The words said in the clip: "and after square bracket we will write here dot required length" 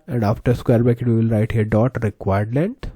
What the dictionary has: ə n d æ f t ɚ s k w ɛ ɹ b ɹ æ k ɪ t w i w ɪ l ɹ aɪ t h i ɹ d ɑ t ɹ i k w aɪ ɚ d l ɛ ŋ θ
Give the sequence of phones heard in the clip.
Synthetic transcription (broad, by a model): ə n d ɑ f t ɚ s k w ɛ ɹ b æ k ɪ t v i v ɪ l ɹ aɪ t h i ɹ d ɑ t ɹ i k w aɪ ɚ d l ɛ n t